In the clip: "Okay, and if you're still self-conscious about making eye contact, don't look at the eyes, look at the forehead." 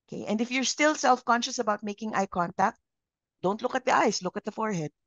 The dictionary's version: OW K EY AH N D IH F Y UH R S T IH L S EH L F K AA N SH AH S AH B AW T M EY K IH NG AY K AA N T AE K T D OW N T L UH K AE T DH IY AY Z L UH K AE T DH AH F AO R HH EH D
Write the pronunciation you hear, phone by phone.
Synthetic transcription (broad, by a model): K EY AH N D IH F Y UH R S T IH L S EH L F K AA N SH AH S AH B AW T M EY K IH NG AY K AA N T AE K T D OW N T L UH K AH T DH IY AY S L UH K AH T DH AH F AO R HH EH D